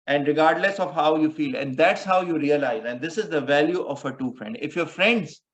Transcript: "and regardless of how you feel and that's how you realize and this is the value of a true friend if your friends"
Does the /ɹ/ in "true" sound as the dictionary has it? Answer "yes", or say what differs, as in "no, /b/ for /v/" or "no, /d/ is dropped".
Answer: no, /ɹ/ is dropped